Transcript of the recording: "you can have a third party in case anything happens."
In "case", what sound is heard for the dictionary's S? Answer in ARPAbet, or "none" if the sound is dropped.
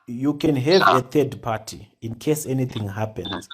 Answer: S